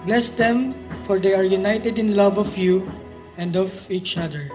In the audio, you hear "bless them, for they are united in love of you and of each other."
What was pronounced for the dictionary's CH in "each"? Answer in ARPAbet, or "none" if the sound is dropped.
CH